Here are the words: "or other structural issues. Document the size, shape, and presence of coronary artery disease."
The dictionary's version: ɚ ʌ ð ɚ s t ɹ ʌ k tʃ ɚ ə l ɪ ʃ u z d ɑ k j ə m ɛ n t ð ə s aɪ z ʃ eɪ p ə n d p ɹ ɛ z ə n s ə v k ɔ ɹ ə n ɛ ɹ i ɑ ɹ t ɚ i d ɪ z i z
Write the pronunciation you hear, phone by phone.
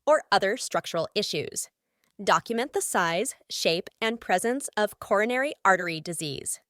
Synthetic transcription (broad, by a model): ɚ ʌ ð ɚ s t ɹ ʌ k tʃ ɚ l ɪ ʃ u z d ɑ k j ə m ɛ n ð ə s aɪ z ʃ eɪ p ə n p ɹ ɛ z ə n s ə v k ɔ ɹ ə n ɛ ɹ i ɑ ɹ t ɚ i d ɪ z i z